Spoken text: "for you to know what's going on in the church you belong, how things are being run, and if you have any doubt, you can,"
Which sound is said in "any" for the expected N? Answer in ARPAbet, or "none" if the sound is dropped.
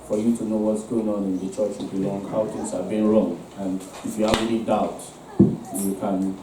L